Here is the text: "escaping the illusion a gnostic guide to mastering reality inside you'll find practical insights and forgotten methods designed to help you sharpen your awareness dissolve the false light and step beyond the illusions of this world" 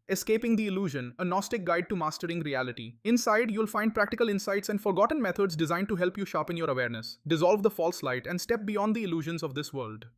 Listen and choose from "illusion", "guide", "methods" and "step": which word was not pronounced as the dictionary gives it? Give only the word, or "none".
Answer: methods